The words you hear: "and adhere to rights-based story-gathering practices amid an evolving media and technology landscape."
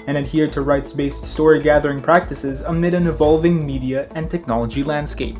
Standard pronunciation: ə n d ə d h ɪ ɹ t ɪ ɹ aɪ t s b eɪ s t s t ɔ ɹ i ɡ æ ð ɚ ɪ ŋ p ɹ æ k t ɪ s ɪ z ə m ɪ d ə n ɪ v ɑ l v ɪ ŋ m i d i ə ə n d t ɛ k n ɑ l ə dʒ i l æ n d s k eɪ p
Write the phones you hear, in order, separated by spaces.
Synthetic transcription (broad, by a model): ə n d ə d h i ɹ t ɪ ɹ aɪ t s b eɪ s t s t ɔ ɹ i ɡ æ ð ɚ ɪ ŋ p ɹ æ k t ɪ s ɪ z ə m ɪ d ə n ɪ v ɑ l v ɪ ŋ m i d i ə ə n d t ɛ k n ɑ l ə dʒ i l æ n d s k eɪ p